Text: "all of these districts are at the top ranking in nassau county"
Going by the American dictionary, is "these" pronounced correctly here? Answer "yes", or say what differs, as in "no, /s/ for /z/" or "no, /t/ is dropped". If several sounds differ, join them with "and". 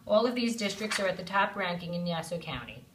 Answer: yes